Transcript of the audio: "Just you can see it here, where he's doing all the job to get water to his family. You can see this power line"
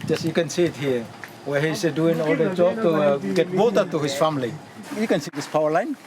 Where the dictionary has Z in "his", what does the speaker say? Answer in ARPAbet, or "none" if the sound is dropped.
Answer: S